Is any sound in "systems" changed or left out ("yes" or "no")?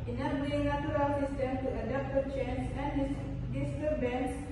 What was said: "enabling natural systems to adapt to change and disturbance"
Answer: yes